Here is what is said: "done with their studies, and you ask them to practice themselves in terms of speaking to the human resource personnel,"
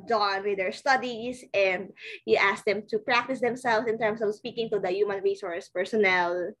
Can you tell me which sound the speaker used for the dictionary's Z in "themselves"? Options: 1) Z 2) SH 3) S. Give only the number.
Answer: 3